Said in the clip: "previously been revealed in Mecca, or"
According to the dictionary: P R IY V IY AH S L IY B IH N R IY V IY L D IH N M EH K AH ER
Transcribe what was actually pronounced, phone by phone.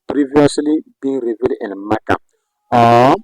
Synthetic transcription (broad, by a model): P R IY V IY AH S L IY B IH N R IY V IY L IH N M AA K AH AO